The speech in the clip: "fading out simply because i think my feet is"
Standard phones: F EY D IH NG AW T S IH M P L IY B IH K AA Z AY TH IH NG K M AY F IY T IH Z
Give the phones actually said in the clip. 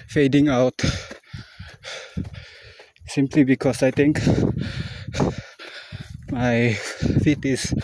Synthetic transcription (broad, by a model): F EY D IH NG AW T S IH M P L IY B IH K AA S AY T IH NG K M AY F IY T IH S